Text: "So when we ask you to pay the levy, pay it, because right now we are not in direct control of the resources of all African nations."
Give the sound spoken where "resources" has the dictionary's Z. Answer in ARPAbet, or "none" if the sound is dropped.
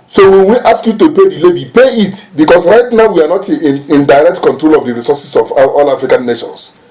S